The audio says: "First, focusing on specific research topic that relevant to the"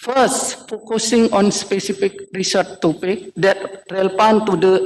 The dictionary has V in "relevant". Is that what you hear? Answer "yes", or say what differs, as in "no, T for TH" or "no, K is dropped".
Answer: no, P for V